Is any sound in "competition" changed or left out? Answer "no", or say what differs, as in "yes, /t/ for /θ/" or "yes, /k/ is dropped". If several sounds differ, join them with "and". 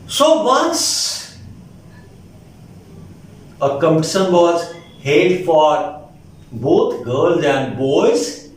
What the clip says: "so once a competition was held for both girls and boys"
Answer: yes, /s/ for /ʃ/